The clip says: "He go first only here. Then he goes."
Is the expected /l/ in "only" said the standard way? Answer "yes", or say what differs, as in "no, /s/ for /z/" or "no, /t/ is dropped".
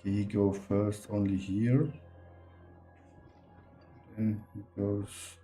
yes